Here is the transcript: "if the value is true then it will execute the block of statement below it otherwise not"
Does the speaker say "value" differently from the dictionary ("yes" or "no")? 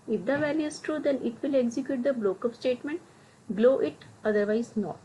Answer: no